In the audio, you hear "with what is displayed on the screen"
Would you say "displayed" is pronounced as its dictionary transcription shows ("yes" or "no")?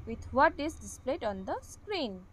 yes